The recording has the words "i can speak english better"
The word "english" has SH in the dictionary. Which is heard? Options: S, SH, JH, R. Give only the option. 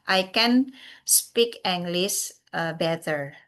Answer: S